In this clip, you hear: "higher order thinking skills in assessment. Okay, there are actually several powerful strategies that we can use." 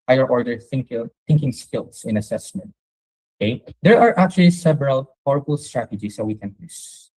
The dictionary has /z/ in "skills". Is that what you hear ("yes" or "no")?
no